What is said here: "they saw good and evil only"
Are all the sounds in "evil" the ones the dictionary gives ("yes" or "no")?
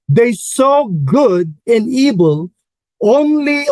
no